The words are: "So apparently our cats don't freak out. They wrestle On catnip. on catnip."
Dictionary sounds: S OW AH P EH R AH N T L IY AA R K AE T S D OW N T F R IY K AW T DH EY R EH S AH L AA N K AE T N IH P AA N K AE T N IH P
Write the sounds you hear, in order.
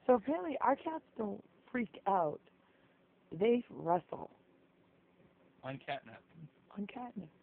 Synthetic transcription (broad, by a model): S OW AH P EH L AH T IY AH R K AE T S D OW N T F R IY K AW T DH EY R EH S L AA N K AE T N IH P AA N K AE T N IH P